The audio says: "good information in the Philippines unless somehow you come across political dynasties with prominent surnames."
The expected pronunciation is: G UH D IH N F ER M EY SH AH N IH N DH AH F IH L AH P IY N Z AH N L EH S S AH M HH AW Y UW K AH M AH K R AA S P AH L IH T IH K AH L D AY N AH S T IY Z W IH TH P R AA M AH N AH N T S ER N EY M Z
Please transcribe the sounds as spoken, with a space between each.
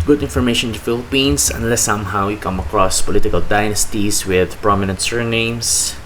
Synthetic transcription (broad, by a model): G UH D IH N F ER M EY AH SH IH N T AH F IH L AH P IY N S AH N L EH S S AH M HH AW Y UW K AH M AH K R AA S P AH L IH T IH K AH L D AY N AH S T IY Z W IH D P R AA M AH N AH N T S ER N EY M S